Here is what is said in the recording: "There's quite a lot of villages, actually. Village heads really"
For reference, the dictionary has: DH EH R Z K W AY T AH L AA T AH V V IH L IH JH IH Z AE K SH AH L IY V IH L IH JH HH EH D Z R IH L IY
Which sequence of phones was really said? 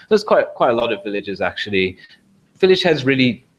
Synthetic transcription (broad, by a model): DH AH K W K W AY T AH L AA T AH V V IH L IH JH IH Z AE K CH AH L IY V IH L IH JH HH EH D Z R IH L IY